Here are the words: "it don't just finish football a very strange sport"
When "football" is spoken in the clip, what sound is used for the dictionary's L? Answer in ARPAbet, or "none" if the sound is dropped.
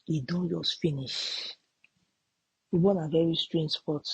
N